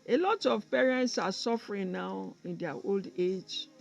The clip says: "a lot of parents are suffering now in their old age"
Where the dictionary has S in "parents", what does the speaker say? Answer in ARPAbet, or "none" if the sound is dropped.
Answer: S